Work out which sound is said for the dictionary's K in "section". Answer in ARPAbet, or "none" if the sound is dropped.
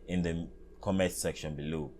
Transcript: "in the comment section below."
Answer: K